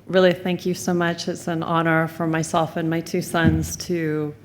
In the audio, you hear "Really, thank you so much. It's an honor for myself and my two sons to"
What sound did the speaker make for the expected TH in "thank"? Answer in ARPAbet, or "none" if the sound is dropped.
TH